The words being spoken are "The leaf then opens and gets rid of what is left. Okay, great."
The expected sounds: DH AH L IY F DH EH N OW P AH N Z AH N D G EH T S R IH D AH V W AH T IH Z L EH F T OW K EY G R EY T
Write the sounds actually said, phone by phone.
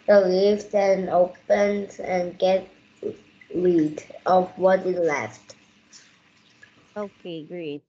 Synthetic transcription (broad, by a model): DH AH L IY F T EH N OW P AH N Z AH N G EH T R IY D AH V W AH T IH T L EH F T OW K EY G R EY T